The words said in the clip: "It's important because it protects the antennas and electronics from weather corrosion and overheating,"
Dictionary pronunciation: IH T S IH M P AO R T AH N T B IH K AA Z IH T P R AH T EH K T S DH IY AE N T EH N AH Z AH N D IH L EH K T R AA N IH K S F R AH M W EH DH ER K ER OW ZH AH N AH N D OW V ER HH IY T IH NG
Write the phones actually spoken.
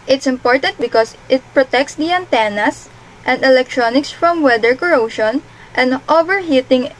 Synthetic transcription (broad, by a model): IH T S IH M P AO R T AH N T B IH K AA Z IH T P R AH T EH K T S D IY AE N T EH N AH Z AH N D IH L EH K T R AA N IH K S F R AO M W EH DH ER K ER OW SH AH N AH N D OW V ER HH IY T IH NG